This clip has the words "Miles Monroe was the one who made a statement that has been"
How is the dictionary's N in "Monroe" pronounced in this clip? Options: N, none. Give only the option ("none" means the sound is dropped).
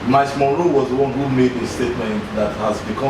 none